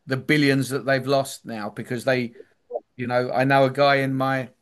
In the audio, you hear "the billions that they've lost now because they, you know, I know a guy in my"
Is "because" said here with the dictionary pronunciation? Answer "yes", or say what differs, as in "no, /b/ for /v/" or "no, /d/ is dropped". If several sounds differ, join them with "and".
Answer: yes